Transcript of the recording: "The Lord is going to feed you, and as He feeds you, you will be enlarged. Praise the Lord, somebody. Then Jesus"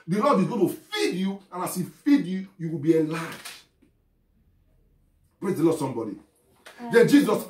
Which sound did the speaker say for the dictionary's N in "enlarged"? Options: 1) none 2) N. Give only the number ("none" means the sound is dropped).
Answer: 1